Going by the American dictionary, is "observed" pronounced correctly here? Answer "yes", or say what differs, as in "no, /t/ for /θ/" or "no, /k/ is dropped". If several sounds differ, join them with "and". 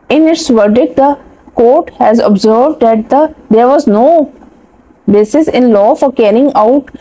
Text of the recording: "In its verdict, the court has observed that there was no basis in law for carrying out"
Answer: yes